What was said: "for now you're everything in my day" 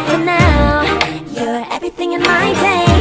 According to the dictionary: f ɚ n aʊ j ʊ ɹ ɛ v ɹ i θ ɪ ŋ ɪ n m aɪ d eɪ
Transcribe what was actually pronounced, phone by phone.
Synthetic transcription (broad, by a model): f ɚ n aʊ j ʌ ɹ ɛ v ɹ i θ ɪ ŋ ɪ n m aɪ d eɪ